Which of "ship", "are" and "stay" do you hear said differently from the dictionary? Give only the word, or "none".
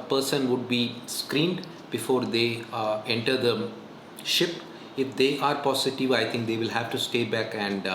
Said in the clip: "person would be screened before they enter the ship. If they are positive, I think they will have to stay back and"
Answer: none